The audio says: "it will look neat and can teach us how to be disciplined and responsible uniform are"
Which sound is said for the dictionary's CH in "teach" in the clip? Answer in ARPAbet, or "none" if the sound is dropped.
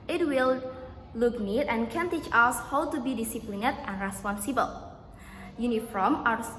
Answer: CH